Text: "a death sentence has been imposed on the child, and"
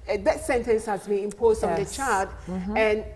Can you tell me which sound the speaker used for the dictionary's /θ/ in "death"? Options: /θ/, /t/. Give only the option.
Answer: /t/